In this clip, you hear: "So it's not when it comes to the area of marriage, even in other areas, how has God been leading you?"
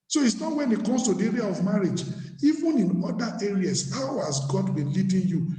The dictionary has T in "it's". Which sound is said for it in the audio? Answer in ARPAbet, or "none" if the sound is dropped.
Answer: T